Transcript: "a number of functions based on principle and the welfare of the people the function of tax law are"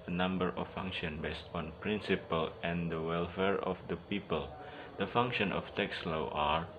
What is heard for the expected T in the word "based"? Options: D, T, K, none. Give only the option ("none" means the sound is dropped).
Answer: T